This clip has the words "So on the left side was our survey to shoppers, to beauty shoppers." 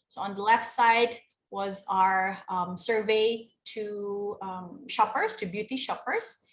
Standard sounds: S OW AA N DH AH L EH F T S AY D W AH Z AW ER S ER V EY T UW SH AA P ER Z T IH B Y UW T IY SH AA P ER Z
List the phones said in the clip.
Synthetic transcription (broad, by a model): S OW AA N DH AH L EH F T S AY D W AH Z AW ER S ER V EY T UW SH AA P ER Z T IH B Y UW T IY SH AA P ER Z